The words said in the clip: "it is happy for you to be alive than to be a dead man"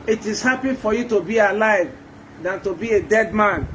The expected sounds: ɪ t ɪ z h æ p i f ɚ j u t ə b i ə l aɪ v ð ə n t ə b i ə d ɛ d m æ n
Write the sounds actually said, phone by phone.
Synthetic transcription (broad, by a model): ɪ t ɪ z h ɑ p i f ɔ j u t ə b i ə l aɪ v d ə n t ə b i ə d ɛ d m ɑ n